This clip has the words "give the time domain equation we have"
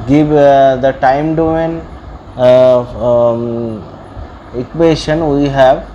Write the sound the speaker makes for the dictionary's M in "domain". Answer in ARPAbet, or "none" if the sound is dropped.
none